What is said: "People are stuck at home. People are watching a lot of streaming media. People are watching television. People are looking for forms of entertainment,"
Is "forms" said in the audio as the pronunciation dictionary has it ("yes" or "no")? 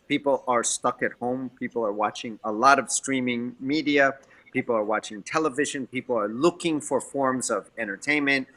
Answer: yes